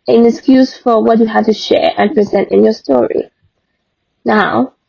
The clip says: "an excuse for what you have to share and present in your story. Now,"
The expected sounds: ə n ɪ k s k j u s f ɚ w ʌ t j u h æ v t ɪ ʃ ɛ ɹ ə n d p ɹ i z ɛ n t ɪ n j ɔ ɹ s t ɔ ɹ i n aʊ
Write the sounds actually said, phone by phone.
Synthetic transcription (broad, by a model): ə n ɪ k s k j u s f ɚ w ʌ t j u h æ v t ɪ ʃ ɛ ɹ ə n p ɹ i z ɛ n t ɪ n j ɔ ɹ s t ɔ ɹ i n aʊ